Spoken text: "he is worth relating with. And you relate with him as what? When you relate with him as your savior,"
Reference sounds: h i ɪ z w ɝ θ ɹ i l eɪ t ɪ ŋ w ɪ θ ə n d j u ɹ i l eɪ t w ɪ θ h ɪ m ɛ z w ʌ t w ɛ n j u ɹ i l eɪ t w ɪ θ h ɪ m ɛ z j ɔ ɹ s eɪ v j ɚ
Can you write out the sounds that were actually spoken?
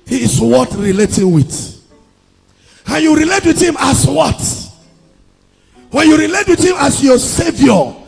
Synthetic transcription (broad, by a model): h i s w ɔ t ɹ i l eɪ t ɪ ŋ w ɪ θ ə n j u ɹ i l eɪ t w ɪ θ h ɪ m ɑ s w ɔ t w ɛ n j u ɹ i l eɪ t w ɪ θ h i m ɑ s j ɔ s eɪ v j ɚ